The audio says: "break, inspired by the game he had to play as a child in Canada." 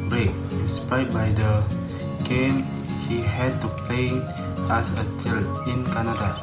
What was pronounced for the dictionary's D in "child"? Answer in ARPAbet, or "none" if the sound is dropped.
none